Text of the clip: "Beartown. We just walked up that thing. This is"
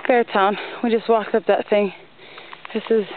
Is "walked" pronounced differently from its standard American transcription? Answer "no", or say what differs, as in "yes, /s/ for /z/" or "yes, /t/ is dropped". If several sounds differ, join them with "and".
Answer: yes, /t/ is dropped